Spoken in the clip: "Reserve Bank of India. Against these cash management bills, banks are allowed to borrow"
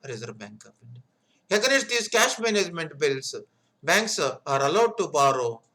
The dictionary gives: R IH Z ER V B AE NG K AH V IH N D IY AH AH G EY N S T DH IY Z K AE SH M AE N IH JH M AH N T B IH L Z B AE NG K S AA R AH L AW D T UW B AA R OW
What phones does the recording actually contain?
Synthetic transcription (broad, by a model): R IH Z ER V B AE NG K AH P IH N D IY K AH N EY S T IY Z K AE SH M AE N IH JH M AH N T B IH L S B AE NG K S AA R AH L AW D T UW B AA R OW